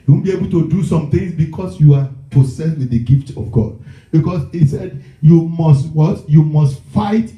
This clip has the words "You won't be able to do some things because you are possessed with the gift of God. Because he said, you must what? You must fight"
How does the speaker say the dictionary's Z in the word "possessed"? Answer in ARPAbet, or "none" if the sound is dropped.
S